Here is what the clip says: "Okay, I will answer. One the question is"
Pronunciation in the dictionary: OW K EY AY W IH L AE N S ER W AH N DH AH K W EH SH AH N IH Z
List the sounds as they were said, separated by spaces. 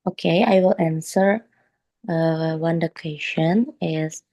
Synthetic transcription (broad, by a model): OW K EY AY W IH L AE N S ER W AH N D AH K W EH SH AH N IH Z